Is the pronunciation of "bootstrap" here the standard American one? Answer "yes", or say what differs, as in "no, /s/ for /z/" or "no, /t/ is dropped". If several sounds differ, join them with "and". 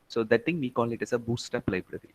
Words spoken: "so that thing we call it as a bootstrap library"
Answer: no, /ɹ/ is dropped